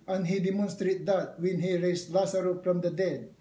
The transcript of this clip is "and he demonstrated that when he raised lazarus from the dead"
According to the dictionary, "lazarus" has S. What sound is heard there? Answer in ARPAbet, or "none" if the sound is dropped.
none